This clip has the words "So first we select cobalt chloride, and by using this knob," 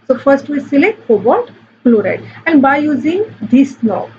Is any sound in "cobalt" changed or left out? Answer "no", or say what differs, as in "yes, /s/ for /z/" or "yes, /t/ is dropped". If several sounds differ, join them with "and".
yes, /l/ is dropped